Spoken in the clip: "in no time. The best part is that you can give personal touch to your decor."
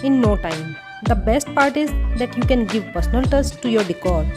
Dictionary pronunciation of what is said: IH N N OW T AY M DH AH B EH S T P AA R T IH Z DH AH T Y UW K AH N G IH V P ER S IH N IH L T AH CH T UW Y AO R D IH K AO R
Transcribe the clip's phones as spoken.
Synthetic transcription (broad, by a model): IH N N OW T AY M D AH B EH S T P AA R T IH Z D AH T Y UW K AH N G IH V P ER S IH N IH L T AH S T UW Y AO R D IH K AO R